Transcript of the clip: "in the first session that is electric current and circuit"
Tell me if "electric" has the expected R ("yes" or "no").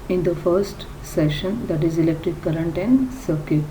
no